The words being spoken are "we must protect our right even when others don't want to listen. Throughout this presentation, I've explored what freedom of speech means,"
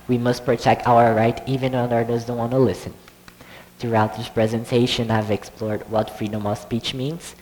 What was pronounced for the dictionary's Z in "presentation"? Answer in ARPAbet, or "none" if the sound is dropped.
Z